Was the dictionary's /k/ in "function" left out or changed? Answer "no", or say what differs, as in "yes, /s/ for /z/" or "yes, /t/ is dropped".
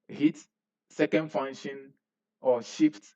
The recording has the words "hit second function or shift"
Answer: yes, /k/ is dropped